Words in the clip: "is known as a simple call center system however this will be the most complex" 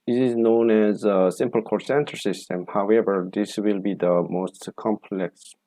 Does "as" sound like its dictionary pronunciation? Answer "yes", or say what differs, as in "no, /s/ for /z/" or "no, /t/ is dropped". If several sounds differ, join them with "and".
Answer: yes